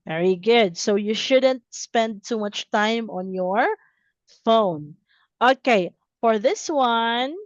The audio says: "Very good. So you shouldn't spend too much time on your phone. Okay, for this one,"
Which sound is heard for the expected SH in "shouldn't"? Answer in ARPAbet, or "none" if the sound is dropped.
SH